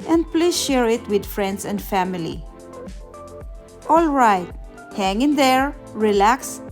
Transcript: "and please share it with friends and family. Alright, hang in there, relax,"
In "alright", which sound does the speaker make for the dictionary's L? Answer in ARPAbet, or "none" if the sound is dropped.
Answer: L